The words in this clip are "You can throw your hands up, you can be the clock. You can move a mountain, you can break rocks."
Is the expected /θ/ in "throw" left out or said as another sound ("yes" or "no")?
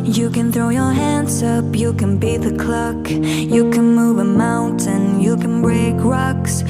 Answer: no